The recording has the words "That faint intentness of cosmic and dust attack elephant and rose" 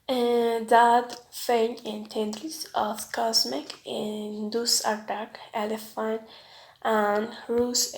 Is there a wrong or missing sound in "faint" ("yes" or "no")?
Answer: yes